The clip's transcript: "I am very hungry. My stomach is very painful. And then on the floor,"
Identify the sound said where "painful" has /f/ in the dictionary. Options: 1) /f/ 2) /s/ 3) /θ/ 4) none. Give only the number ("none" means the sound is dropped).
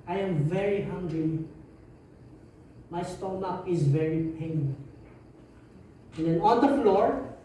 4